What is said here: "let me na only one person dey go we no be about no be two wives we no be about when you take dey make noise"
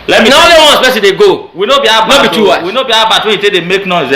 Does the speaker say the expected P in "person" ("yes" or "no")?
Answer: no